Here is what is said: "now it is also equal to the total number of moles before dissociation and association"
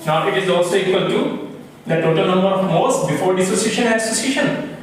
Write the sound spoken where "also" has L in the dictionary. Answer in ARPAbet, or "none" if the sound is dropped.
none